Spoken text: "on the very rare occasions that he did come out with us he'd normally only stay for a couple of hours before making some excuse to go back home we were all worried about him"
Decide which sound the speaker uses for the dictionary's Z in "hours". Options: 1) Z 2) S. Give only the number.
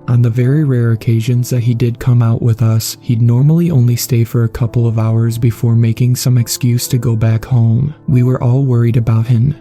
1